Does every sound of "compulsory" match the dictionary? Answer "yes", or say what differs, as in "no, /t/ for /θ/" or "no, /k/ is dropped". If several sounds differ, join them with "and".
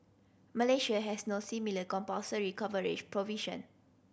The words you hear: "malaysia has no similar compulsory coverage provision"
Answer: no, /l/ is dropped